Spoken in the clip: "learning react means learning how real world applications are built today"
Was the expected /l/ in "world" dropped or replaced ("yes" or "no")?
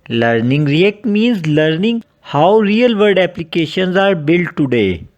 yes